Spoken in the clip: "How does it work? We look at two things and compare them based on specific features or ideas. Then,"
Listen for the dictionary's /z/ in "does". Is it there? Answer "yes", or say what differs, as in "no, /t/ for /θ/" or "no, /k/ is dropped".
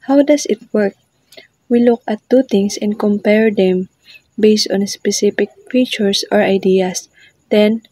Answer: no, /s/ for /z/